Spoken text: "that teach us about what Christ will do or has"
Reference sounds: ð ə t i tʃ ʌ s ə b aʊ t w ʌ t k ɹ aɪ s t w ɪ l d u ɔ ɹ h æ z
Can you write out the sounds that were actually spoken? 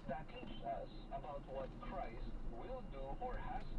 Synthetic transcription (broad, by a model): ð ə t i s ʌ s ə b aʊ t w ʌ t k ɹ aɪ s t w ɪ l d u ɔ ɹ h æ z